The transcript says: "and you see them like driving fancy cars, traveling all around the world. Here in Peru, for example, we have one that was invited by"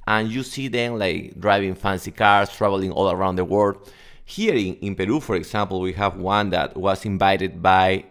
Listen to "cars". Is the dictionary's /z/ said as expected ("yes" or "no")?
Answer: no